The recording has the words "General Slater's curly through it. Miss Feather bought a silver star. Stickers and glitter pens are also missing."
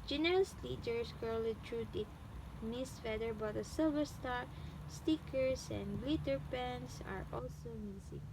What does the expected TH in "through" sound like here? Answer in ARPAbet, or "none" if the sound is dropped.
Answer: T